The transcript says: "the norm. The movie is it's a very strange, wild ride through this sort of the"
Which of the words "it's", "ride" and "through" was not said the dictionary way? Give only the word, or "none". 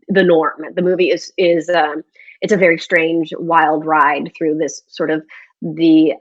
none